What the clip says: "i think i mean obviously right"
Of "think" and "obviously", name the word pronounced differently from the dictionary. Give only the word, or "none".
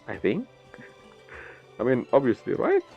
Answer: none